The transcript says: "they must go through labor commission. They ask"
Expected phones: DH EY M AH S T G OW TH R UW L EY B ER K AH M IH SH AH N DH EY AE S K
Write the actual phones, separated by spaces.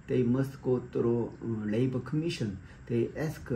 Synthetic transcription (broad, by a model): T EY M AH S T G OW T R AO L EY B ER K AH M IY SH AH N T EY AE S K